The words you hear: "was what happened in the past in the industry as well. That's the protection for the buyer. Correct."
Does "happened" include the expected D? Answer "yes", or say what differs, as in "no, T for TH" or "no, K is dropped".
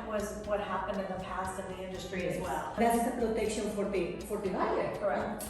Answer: yes